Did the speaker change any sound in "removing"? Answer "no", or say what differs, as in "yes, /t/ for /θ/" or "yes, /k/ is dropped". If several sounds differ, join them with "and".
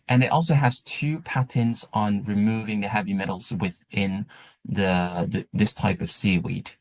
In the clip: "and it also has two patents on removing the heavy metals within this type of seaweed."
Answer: no